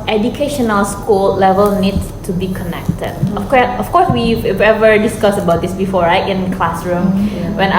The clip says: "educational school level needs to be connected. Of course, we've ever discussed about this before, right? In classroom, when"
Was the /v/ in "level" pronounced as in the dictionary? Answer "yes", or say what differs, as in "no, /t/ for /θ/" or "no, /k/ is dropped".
yes